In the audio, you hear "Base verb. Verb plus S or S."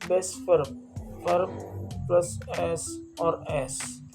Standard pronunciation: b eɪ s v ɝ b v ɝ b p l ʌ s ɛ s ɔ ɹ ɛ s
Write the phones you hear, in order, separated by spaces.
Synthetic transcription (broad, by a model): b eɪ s f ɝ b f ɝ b p l ʌ s ɛ s ɔ ɹ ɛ s